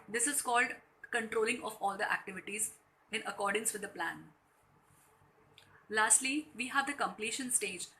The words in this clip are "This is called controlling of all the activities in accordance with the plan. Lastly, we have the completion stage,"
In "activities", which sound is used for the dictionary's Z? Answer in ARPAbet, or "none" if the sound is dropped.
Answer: Z